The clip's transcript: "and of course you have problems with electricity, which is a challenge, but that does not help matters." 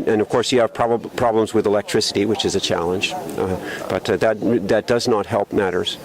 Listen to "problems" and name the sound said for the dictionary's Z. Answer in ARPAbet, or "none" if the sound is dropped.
Z